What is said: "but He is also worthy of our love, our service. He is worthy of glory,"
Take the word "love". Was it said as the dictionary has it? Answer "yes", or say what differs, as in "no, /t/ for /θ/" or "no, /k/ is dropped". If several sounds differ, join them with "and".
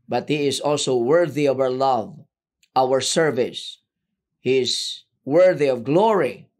yes